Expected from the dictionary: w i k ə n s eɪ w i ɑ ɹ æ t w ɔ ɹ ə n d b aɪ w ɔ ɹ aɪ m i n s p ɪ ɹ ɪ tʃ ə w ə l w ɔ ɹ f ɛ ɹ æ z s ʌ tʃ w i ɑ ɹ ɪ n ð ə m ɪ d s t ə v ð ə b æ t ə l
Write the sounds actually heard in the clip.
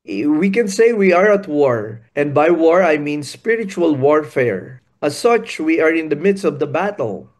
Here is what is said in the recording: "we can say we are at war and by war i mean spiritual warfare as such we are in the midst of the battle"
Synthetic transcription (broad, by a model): w i k ə n s eɪ w i ɑ ɹ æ t w ɔ ɹ ə n d b aɪ w ɔ ɹ aɪ m i n s p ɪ ɹ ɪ tʃ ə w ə l w ɔ ɹ f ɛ ɹ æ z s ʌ tʃ w i ɑ ɹ ɪ n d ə m ɪ d s t ə v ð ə b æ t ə l